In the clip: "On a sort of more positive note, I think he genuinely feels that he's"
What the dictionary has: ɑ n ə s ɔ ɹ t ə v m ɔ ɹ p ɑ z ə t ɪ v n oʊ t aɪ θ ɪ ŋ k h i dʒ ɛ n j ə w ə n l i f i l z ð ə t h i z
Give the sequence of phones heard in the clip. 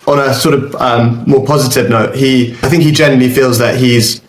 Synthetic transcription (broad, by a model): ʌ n ə s ɔ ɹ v ə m m ɔ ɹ p ɑ z ə t ɪ v n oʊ t aɪ θ ɪ ŋ k h i dʒ ɛ n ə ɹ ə l i f i l z ð ə t h i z